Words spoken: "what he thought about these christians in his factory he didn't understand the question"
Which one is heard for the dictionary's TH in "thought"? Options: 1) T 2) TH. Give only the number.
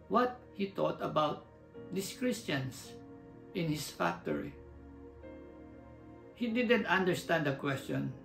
1